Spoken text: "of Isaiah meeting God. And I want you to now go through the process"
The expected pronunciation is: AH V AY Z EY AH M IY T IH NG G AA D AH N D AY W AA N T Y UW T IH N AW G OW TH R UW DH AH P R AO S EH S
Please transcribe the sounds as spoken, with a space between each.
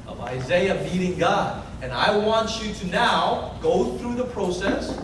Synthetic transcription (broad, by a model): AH V AY Z EY AH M IY T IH NG G AA D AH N AY W AA N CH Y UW T IH N AW G OW TH R UW DH AH P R AO S EH S